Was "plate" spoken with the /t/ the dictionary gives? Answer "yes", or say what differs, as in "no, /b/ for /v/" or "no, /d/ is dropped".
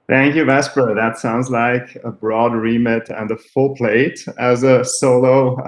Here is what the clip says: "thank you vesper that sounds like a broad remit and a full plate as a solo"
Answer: yes